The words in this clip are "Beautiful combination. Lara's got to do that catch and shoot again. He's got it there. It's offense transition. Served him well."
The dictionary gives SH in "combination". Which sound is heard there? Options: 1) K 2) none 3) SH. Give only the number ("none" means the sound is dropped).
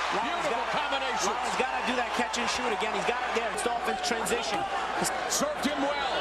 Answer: 2